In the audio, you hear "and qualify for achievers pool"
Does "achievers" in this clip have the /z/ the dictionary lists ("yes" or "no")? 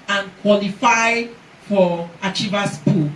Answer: no